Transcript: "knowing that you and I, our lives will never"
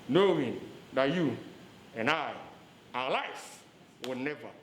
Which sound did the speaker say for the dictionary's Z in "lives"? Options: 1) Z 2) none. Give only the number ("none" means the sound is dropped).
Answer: 2